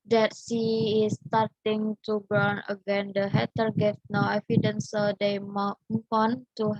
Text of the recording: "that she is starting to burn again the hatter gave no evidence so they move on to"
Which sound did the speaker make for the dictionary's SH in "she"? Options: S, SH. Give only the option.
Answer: S